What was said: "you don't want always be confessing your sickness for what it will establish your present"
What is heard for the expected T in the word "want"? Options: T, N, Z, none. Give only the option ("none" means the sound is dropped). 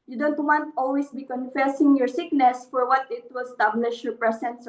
T